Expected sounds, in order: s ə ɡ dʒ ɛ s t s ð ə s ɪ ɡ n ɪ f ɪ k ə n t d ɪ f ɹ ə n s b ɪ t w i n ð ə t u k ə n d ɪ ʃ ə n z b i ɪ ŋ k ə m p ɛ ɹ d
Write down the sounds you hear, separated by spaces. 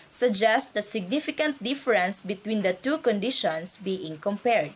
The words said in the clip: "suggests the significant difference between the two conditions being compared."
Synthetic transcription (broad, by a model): s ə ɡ dʒ ɛ s t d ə s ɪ ɡ n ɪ f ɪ k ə n t d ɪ f ɹ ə n s b ɪ t w i n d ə t u k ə n d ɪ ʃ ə n s b i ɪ ŋ k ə m p ɛ ɹ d